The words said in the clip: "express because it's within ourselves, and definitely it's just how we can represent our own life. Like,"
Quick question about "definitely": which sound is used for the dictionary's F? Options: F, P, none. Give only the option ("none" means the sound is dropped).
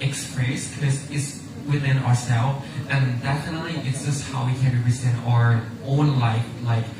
none